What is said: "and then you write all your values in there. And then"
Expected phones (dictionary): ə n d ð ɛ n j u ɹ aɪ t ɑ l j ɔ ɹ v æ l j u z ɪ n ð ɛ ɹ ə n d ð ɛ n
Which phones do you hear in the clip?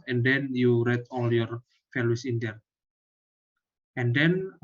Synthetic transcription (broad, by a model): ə n d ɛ n j u ɹ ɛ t ɑ l j ɔ ɹ f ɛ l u s ɪ n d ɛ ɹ ə n d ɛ n